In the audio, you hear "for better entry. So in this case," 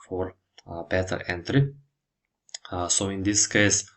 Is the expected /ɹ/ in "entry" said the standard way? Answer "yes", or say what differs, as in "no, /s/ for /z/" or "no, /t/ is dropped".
yes